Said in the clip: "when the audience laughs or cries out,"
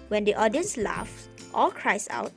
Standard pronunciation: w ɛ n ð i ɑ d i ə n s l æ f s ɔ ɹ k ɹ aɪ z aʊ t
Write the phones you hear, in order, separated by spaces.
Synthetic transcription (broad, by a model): w ɛ n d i ɑ d i ə n s l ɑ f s ɔ l k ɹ aɪ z aʊ t